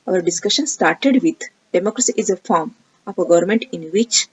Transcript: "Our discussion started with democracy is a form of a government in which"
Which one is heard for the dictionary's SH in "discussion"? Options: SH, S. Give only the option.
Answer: SH